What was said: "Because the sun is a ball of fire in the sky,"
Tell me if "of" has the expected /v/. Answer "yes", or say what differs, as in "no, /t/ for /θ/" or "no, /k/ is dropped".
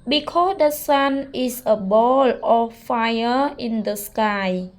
no, /f/ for /v/